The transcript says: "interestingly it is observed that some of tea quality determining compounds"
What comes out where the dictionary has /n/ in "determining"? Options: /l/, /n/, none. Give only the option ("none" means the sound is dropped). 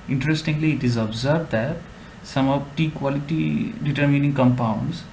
/n/